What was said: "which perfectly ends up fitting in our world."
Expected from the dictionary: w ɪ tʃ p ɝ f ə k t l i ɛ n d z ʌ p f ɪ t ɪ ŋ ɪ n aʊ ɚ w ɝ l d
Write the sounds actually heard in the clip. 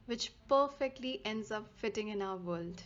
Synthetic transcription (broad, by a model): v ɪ tʃ p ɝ f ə k t l i ɛ n d z ʌ p f ɪ t ɪ ŋ ɪ n aʊ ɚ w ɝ l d